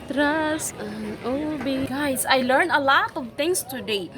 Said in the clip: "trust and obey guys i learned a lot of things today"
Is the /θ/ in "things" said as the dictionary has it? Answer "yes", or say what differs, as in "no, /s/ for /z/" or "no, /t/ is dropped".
no, /t/ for /θ/